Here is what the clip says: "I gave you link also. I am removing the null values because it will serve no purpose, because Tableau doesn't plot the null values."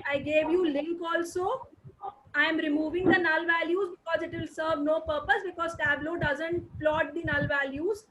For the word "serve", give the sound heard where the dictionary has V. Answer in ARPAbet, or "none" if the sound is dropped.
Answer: V